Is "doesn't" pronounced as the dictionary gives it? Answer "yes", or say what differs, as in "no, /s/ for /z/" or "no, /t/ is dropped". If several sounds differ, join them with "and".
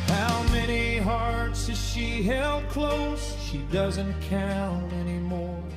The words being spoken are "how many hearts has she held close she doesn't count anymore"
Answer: yes